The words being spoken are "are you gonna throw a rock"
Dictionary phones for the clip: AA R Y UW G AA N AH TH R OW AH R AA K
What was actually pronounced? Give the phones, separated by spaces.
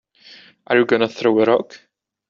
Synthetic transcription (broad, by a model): AA R Y UW G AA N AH TH R OW AH R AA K